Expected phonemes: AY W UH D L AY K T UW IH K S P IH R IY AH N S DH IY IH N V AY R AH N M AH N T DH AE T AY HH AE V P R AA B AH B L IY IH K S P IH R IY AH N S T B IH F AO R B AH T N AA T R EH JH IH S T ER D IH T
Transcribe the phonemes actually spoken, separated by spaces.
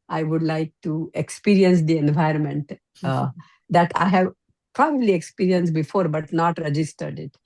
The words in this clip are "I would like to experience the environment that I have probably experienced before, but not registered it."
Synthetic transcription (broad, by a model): AY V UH D L AY K T UW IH K S P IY R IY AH N S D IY IH N V AY R AH N M AH N T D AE T AY HH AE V P R AA B AH B L IY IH K S P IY R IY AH N S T B IH F AO R B AH T N AA T R EH JH IH S T ER D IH T